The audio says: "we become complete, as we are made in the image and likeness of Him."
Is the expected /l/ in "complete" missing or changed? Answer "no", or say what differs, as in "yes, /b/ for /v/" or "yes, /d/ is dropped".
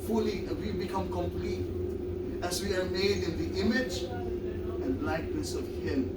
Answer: no